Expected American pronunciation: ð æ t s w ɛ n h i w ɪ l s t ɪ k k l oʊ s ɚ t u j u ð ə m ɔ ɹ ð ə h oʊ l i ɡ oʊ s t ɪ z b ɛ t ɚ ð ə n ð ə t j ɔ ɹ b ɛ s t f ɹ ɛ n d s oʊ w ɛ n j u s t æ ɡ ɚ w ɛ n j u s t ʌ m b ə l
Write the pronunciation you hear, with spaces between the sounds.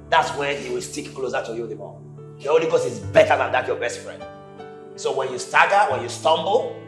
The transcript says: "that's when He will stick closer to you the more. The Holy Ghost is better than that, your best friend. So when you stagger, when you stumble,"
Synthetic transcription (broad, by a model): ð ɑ t s w ɛ n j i w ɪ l s t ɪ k k l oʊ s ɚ t u j u ð ə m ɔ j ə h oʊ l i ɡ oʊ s ɪ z b ɛ t ɚ ð ə n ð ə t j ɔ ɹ b ɛ s t f ɹ ɛ n d s oʊ w ɛ n j u s t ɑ ɡ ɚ w ɛ n j u s t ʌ m b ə l